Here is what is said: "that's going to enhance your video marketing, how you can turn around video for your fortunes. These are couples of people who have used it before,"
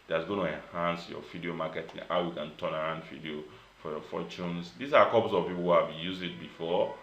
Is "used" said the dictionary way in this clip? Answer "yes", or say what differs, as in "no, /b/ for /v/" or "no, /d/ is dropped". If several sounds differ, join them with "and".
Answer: no, /d/ is dropped